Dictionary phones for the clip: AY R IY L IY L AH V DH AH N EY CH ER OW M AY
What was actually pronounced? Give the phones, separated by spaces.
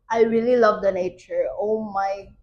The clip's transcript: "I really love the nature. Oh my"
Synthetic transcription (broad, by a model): AY R IY L IY L AH V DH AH N EY CH ER OW M AY